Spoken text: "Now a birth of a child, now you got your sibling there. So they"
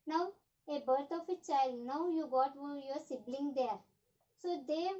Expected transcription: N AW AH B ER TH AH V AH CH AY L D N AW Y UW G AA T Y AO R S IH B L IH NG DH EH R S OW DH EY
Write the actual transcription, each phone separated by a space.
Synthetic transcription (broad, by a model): N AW AH B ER T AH F AH CH AY L D N AW Y UW G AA T Y AO R S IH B L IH NG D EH R S OW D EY